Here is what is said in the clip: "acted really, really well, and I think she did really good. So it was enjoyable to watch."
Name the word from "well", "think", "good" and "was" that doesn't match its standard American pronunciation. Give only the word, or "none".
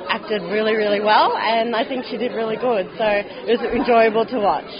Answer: none